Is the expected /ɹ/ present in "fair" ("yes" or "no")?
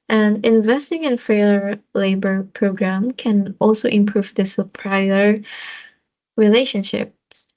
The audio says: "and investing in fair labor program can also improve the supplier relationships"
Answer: no